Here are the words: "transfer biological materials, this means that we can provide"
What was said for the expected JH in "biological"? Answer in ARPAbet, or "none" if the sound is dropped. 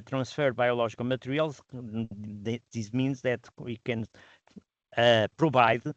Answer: ZH